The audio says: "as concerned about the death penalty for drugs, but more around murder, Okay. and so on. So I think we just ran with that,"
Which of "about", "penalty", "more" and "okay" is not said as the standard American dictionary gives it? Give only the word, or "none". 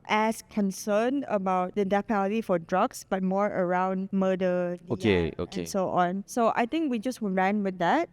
penalty